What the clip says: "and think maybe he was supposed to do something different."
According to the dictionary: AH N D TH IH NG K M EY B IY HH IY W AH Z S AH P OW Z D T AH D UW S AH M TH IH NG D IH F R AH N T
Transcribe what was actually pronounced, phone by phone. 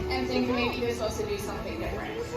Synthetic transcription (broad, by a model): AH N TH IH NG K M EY IY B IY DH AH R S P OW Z T AH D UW S AH M TH IH NG D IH F R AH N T